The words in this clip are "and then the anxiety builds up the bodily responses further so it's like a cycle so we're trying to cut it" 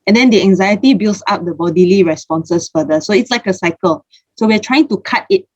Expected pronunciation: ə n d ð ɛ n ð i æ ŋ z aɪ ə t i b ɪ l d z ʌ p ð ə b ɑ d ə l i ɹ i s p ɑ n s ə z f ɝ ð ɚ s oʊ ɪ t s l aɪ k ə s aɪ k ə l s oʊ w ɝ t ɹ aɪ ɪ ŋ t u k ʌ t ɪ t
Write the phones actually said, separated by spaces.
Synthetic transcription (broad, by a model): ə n d ɛ n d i æ ŋ z aɪ ə t i b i l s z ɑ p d ə b ɑ d ə l i ɹ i s p ɑ n s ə s f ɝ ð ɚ s oʊ ɪ t s l aɪ k ə s aɪ k ə l s oʊ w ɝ t ɹ aɪ ɪ ŋ t u k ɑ t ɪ t